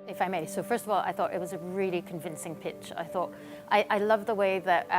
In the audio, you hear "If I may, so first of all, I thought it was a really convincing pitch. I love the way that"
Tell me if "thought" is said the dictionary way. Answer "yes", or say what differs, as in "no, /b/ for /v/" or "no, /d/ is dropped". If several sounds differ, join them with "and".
yes